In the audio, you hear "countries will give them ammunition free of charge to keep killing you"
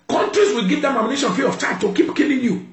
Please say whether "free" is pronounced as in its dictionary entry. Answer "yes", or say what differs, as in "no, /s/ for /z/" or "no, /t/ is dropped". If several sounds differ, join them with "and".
no, /ɹ/ is dropped